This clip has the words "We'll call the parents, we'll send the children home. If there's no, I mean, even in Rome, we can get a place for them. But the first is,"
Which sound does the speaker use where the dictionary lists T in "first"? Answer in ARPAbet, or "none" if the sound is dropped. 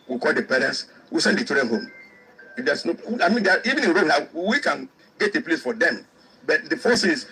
none